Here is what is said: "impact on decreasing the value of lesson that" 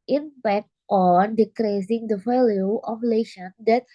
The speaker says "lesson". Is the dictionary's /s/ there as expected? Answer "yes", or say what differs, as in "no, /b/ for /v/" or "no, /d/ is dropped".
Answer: no, /ʃ/ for /s/